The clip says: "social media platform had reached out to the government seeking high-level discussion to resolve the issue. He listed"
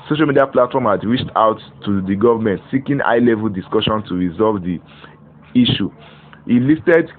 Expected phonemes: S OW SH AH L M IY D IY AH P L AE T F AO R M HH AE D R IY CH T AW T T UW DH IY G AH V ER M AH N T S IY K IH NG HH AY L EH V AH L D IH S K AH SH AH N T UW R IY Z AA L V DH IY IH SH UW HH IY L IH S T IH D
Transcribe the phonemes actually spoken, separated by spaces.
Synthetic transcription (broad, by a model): S OW SH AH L M IY D IY AH P L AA T F AO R M HH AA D R IY CH T AW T T UW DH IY G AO V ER M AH N T S IY K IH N AY L EH V AH L D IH S K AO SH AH N T UW R IY Z AA L V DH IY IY SH UW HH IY L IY S T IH D